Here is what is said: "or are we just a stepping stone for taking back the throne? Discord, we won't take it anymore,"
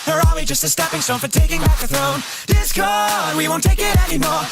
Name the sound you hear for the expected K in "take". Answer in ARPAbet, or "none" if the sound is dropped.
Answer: K